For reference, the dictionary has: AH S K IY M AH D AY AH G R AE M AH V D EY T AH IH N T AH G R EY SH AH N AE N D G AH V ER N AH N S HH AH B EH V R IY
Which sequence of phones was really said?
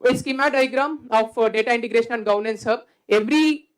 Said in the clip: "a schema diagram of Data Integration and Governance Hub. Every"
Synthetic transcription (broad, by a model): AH S K IY M AH D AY G R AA M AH F D EY T AH IH N T AH G R EY SH AH N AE N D G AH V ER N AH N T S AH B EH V R IY